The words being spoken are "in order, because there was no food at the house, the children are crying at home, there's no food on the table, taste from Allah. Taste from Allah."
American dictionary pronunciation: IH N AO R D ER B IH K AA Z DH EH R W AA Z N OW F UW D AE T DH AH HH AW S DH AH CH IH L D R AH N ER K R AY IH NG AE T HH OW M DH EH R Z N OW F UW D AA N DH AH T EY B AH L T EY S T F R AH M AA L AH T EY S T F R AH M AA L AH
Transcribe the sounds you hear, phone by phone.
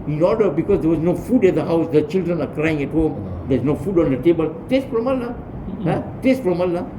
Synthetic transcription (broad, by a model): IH N AO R D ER B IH K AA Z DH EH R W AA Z N OW F UW D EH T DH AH HH AW S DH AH CH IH L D R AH N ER K R AY IH NG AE T HH OW M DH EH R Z N OW F UW D AA N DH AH T EY B AH L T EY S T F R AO M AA L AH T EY S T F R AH M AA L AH